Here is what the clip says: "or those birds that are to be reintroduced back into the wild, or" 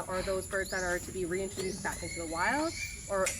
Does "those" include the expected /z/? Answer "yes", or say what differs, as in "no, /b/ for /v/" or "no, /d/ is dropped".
yes